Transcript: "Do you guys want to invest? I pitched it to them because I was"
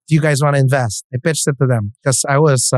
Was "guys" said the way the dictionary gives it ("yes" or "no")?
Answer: yes